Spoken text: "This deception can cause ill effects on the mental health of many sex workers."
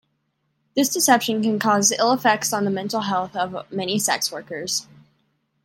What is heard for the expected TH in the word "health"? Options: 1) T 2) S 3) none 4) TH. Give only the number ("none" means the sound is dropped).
4